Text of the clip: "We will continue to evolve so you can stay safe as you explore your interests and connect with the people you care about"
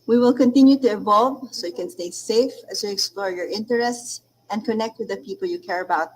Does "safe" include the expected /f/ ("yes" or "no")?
yes